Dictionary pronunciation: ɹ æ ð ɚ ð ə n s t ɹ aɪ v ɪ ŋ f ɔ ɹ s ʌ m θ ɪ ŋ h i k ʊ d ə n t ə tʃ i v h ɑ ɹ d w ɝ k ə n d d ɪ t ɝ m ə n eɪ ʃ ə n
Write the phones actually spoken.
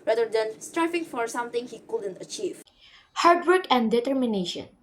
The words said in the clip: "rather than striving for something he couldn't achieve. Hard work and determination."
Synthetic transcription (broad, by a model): ɹ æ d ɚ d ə n s t ɹ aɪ f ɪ ŋ f ɔ ɹ s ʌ m t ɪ ŋ h i k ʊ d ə n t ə tʃ i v h ɑ ɹ d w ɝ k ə n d d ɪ t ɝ m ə n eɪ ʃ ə n